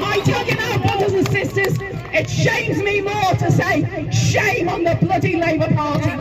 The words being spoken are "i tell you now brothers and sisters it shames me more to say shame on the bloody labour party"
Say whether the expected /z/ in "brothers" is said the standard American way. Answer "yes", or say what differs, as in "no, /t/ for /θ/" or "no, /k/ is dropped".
yes